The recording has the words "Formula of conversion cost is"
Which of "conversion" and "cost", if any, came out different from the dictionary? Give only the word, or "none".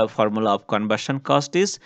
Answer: conversion